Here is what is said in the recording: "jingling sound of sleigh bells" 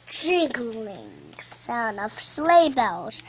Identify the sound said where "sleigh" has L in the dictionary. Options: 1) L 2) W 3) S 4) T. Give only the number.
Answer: 1